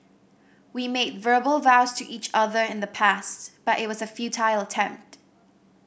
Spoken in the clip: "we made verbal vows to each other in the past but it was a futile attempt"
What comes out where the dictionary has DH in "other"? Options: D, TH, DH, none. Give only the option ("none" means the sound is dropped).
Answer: DH